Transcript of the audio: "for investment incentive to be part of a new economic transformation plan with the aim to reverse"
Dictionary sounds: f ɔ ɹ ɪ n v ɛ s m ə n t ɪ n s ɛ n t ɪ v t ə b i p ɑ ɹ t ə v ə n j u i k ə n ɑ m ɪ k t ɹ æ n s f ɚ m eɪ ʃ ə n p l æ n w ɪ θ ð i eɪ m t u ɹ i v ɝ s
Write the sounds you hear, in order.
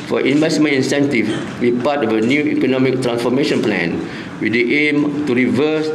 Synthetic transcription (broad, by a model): f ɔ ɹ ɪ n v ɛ s m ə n ɪ n s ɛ n t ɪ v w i p ɑ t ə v ə n j u i k ə n ɑ m ɪ k t ɹ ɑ n s f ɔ m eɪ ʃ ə n p l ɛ n w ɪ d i eɪ m t u ɹ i v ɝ s